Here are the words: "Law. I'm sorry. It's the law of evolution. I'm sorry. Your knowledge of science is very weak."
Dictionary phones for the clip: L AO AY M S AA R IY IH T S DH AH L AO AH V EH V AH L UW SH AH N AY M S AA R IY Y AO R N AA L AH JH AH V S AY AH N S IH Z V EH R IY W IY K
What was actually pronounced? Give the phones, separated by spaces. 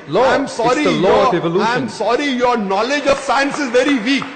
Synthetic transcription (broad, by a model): L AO AY M S AA R IY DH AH L AO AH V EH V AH L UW AH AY M S AA R IY Y AO R N AA L AH JH AH V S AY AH N S IH Z V EH R IY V IY K